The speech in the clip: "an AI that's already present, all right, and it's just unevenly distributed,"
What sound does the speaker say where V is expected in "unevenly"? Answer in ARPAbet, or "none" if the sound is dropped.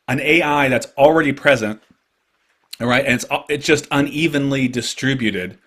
V